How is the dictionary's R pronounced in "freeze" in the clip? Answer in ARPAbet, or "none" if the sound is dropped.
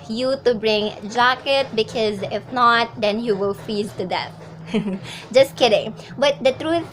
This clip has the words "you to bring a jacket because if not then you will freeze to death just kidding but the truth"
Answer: none